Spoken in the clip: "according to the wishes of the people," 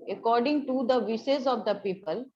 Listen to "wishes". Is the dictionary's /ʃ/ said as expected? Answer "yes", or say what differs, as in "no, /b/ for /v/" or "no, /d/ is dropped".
no, /s/ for /ʃ/